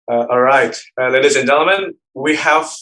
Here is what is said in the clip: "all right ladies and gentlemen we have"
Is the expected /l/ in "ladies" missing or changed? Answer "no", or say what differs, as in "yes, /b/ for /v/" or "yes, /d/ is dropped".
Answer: no